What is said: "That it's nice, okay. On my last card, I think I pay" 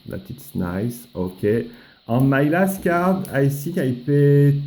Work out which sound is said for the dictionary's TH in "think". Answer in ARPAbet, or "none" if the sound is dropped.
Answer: S